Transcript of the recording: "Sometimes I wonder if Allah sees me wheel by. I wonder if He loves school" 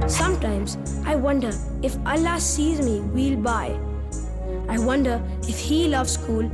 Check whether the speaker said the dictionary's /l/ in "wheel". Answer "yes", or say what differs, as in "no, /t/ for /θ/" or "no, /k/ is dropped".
yes